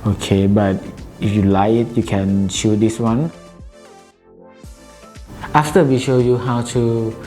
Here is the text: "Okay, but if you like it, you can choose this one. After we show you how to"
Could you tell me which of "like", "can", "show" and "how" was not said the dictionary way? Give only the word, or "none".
like